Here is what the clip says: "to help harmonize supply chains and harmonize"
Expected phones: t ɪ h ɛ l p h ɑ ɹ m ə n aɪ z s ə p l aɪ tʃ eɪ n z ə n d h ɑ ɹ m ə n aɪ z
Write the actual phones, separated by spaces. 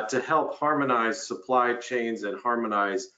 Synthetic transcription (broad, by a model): t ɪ h ɛ l p h ɑ ɹ m ə n aɪ z s ə p l aɪ tʃ eɪ n z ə n h ɑ ɹ m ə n aɪ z